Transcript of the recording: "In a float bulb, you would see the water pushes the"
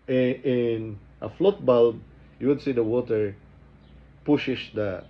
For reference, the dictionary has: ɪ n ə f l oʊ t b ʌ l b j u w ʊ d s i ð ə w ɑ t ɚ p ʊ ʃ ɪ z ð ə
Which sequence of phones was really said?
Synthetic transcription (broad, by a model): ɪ n ə f l oʊ t b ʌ l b j u w ʊ d s i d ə w ɑ t ɚ p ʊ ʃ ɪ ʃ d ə